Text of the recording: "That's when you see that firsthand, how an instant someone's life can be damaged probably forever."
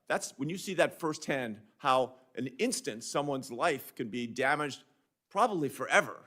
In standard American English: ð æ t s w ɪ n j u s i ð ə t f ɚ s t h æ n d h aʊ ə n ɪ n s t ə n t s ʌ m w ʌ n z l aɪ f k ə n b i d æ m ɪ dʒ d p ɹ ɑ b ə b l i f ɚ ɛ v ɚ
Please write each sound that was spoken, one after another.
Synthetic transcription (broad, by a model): ð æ t s w ɪ n j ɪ s i ð ə t f ɚ s t h æ n d h aʊ ə n ɪ n s t ə n t s ʌ m w ʌ n z l aɪ f k ə n b i d æ m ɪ dʒ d p ɹ ɑ b ə b l i f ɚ ɛ v ɚ